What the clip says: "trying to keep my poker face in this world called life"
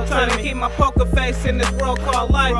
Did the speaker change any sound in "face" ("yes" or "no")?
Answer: no